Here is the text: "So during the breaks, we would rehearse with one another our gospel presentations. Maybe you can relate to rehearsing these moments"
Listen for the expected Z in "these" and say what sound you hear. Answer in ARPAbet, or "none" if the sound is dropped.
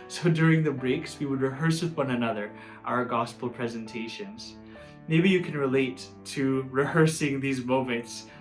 Z